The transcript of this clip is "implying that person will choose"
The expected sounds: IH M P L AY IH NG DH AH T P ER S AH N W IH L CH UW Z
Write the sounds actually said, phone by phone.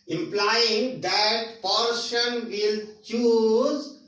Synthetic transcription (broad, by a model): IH M P L AY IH NG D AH T P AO SH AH N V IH L CH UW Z